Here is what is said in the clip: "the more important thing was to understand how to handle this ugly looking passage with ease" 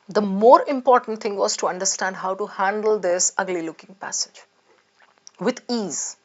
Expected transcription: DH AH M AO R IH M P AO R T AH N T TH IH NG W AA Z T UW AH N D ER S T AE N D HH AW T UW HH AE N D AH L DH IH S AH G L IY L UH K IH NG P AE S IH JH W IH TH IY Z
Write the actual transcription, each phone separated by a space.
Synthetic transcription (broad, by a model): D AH M AO R IH M P AO R T AH N T T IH NG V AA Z T UW AH N D ER S T AE N D HH AW T UW HH AE N D AH L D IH S AH G L IY L UH K IH NG P AE S IH JH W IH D IY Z